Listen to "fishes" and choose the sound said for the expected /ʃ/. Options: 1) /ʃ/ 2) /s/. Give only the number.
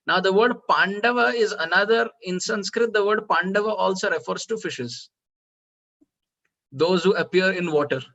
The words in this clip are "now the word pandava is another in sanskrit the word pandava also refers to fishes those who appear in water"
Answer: 1